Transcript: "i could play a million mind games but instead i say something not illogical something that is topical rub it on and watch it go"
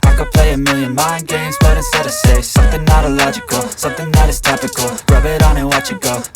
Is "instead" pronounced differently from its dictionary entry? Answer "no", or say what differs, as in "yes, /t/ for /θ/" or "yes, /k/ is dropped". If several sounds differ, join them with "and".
yes, /n/ is dropped